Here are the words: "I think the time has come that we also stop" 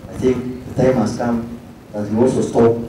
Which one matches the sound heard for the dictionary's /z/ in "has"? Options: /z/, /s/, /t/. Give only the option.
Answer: /s/